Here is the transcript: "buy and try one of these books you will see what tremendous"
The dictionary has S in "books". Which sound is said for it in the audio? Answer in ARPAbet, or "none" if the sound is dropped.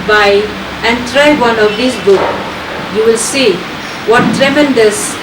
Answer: none